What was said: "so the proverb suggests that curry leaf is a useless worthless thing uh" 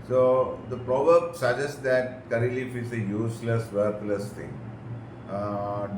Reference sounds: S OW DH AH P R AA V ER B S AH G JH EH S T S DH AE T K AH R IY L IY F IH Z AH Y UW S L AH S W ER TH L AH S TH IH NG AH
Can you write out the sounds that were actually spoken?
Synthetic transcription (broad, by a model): S OW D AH P R AA V ER B S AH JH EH S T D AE T K AH R IY L IY F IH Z AH Y UW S L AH S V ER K L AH S T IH NG